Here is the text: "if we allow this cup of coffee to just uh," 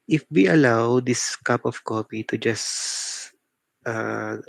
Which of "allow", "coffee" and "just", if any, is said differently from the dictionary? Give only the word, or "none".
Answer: coffee